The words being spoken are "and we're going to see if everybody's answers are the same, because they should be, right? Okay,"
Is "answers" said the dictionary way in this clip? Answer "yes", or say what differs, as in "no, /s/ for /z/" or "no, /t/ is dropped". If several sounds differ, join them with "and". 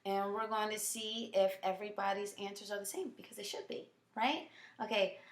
yes